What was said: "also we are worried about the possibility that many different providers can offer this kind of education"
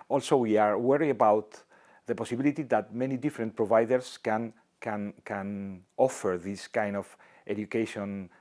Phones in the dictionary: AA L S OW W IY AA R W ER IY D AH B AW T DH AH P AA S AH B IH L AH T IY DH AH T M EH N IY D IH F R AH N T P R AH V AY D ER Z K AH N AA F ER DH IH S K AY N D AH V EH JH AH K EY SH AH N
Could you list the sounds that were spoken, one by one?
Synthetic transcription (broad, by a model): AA L S OW W IY AA R W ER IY AH B AW T DH AH P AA S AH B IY L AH T IY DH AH T M EH N IY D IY F R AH N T P R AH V AY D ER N K AH N AA F ER DH IH S K AY N D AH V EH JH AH K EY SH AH N